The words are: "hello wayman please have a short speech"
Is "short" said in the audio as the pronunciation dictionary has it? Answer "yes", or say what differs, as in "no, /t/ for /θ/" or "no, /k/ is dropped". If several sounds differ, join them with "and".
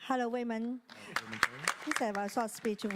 no, /s/ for /ʃ/